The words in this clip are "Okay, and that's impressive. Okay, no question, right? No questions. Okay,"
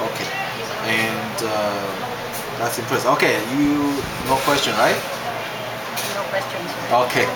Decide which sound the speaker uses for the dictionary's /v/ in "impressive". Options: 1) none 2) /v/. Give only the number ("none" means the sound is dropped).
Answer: 1